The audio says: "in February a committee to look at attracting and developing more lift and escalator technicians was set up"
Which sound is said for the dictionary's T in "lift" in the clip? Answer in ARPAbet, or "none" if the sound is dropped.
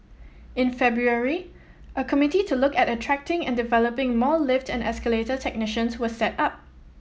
T